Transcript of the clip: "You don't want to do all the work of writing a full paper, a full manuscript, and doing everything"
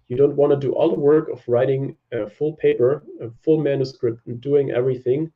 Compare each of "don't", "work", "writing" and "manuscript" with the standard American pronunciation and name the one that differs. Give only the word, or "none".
none